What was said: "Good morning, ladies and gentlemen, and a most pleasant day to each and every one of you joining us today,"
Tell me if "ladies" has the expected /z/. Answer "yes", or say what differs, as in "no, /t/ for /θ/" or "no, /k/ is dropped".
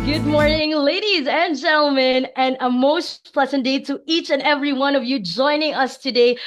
yes